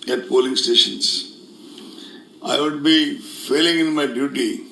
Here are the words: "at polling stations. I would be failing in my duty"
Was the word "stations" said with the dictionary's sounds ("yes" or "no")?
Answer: no